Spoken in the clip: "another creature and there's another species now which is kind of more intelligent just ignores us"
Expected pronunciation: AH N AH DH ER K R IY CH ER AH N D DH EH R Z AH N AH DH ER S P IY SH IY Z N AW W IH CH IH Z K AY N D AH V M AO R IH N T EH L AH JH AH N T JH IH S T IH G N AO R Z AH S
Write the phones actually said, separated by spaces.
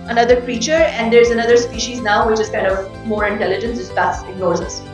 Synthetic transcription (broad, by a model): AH N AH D ER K R IY CH ER AH N D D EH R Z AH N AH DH ER S P IY SH IY Z N AW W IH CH IH Z K AY N D AH V M AO R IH N T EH L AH JH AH N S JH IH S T IH G N AO R Z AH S